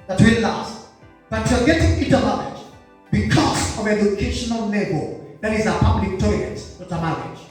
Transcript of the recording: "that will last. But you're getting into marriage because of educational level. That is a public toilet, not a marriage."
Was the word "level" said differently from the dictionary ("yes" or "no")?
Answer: yes